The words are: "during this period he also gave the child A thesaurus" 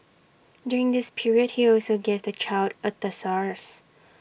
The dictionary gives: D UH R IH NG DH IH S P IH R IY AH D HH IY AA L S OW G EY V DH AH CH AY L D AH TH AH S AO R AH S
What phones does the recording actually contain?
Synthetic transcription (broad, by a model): D UH R IH NG DH IH S P IH R IY AH D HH IY AA L S OW G EY V DH AH CH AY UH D AH T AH S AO R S